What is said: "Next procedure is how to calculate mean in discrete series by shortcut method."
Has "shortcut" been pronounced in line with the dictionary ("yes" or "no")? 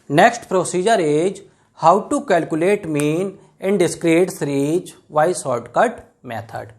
no